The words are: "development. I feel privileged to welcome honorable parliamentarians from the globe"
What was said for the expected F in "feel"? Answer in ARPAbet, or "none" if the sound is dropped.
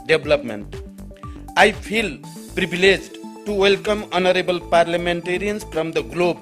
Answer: P